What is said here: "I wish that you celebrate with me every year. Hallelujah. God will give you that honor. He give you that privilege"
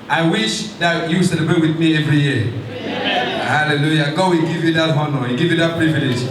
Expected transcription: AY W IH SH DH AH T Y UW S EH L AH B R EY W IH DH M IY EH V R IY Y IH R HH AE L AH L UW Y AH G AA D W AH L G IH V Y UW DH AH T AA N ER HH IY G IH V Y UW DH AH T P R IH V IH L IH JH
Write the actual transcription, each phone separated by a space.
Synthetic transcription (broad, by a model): AY W IH SH DH AH T Y UW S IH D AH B EY W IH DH M IY EH V R IY Y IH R HH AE L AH L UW Y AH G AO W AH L G IH V Y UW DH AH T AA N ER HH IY G IH V Y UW DH AH T P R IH V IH L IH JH